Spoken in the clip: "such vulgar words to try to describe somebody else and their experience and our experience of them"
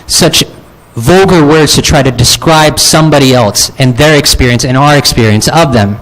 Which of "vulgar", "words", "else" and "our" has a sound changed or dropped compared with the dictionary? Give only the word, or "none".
none